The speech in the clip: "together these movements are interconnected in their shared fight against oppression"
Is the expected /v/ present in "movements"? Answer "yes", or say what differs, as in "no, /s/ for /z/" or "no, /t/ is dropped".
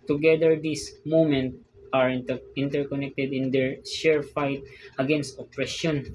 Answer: no, /v/ is dropped